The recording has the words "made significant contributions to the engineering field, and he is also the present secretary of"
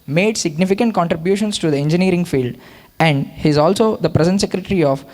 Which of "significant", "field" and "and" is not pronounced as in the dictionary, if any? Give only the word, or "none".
none